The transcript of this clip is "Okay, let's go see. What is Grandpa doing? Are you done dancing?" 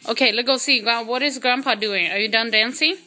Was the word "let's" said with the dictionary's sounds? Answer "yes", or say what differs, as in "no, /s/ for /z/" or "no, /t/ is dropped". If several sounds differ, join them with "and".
no, /s/ is dropped